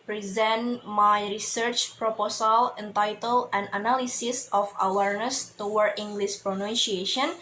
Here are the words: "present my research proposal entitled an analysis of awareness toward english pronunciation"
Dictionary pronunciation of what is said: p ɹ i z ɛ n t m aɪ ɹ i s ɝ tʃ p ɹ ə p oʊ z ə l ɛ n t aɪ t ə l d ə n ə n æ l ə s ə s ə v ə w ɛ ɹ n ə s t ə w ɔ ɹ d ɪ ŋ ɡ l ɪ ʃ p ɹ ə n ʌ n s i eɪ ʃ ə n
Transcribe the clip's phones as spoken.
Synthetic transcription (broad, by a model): p ɹ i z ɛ n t m aɪ ɹ i s ɝ tʃ p ɹ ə p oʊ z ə l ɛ n t aɪ t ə l ə n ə n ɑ l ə s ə s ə f ə w ɛ ɹ n ə s t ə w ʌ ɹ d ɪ ŋ ɡ l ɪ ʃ p ɹ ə n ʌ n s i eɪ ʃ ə n